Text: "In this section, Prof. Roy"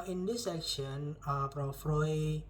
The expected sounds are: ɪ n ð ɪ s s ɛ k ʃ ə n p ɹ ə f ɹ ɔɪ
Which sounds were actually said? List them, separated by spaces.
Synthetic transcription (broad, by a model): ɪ n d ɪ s s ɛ k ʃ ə n f ɹ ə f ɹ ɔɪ